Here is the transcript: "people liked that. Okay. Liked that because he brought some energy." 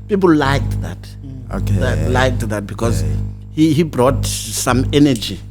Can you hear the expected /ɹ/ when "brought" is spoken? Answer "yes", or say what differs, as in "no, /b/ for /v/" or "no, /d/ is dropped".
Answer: yes